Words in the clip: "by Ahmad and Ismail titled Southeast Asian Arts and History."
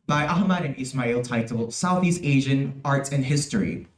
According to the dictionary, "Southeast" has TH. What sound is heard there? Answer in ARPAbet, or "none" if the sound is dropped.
TH